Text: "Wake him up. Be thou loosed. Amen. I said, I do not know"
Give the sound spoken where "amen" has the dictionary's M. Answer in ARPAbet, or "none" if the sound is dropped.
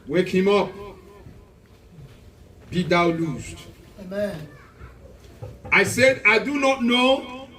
none